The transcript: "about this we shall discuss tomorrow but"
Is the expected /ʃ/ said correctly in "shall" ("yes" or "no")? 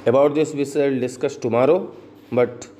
no